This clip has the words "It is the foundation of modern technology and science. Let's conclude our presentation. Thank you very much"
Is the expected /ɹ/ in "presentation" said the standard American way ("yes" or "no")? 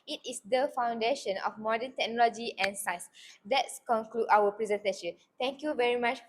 yes